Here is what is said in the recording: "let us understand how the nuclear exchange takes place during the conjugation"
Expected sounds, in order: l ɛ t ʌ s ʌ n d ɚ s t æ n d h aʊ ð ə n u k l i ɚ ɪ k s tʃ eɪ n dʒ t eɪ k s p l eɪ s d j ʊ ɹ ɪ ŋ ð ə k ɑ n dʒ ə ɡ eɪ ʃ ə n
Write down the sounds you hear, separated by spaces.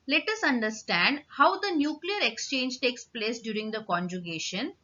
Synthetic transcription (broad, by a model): l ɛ t ʌ s ʌ n d ɚ s t æ n d h aʊ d ə n u k l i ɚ ɪ k s tʃ eɪ n dʒ t eɪ k s p l eɪ s d j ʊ ɹ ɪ ŋ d ə k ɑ n dʒ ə ɡ eɪ ʃ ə n